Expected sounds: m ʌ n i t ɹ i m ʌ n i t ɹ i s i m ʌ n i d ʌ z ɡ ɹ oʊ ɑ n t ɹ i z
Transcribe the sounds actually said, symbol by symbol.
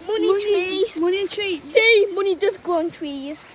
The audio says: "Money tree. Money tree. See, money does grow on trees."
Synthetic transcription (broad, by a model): m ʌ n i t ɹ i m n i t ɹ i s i m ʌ n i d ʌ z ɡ oʊ ɑ n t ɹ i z